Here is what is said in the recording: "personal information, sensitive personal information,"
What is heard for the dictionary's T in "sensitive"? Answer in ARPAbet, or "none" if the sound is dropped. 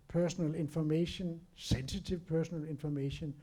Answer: S